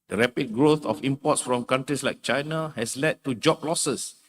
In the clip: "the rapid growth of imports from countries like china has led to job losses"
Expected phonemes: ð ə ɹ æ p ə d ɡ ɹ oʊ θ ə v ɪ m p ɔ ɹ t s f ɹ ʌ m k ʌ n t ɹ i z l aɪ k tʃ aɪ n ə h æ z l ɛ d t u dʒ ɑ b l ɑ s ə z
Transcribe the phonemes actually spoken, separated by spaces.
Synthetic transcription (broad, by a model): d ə ɹ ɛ p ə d ɡ ɹ oʊ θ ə f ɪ m p ɔ t s f ɹ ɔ m k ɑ n t ɹ i s l aɪ k tʃ aɪ n ə h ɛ s l ɛ d t u dʒ ɑ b l ɑ s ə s